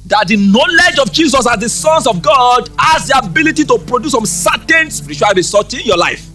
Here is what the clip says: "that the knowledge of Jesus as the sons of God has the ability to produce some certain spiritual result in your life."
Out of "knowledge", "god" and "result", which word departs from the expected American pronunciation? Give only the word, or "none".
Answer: result